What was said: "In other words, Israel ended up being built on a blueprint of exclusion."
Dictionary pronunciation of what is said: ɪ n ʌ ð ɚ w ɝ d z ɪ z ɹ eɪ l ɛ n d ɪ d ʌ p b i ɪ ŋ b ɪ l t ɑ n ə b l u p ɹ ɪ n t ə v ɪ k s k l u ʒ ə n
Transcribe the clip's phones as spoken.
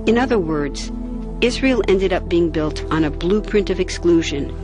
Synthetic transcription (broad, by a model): ɪ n ʌ ð ɚ w ɝ d z ɪ z ɹ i l ɛ n d ɪ d ʌ p b i ɪ ŋ b ɪ l t n ə b l u p ɹ ɪ n t ə v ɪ k s k l u ʒ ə n